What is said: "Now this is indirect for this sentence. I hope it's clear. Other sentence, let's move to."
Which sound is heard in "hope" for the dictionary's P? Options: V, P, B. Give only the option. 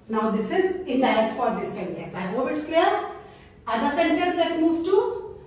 B